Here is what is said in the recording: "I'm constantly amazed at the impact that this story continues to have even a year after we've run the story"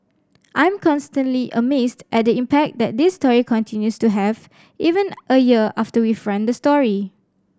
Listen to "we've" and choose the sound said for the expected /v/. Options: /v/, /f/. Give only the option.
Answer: /f/